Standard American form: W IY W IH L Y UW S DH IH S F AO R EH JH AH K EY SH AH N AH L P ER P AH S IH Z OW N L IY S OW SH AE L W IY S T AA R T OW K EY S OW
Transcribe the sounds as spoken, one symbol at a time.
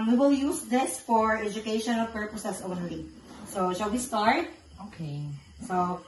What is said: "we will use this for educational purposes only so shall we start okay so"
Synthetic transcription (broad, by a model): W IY W IH L Y UW S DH IH S F AO R EH JH AH K EY SH AH N AH L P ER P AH S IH S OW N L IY S OW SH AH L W IY S T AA R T OW K EY S OW